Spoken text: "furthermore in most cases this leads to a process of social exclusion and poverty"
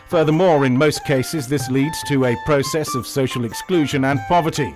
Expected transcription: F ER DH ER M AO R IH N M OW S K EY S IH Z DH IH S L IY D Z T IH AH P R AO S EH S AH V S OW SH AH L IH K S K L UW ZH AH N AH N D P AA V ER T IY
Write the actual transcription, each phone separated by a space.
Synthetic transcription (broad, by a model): F ER DH ER M AO R IH N M OW S K EY S IH Z DH IH S L IY D Z T IH AH P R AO S EH S AH V S OW SH AH L IH K S K L UW ZH AH N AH N P AA V ER T IY